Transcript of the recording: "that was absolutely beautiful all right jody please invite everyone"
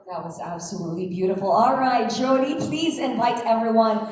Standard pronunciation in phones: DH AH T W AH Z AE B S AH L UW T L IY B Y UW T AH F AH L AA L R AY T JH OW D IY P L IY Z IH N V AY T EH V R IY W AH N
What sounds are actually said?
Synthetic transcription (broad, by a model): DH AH T W AH Z AE B S AH L UW T L IY B Y UW T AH F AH L AA L R AY T JH OW D IY P L IY Z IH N V AY T EH V R IY W AH N